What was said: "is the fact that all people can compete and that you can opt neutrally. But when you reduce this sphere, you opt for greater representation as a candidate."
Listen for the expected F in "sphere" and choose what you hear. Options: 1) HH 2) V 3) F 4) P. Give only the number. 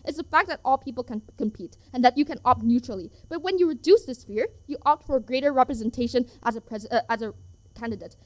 3